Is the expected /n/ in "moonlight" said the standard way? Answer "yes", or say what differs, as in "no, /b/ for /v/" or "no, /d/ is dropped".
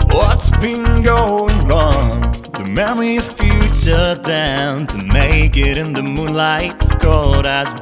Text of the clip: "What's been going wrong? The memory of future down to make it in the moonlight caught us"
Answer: yes